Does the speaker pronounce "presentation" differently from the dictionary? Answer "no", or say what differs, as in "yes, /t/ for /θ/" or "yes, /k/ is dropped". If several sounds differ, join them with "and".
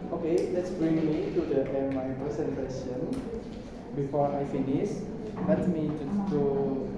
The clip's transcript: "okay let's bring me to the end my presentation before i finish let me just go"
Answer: yes, /ɹ/ is dropped and /s/ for /z/